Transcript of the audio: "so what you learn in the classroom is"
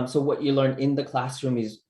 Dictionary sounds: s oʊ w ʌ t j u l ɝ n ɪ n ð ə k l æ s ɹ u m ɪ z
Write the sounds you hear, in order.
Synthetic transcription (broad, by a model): s oʊ w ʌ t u l ɝ n ɪ n ð ə k l æ s ɹ u m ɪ z